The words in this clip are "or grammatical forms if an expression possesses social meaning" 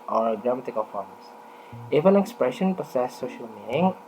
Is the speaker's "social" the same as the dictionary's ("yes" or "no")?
yes